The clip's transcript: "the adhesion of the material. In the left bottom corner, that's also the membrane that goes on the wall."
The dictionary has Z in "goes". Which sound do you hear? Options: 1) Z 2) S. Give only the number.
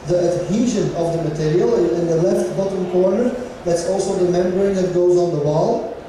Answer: 1